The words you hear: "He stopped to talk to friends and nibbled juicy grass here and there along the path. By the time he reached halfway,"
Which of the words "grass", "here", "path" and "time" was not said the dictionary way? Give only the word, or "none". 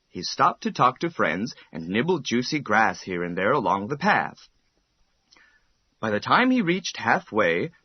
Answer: none